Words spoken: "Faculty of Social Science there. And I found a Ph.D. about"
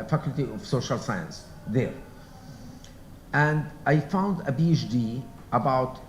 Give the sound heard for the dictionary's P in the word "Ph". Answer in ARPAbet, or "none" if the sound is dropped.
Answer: B